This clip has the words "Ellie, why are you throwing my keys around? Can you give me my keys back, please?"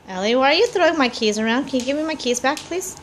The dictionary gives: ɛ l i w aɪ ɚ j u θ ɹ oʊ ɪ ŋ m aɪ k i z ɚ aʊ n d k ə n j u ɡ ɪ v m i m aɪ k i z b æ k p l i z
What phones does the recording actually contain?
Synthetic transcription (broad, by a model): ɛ l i w aɪ ɚ j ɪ θ ɹ oʊ ɪ ŋ m aɪ k i z ɚ aʊ n d k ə n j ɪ ɡ ɪ v m i m aɪ k i z b æ k p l i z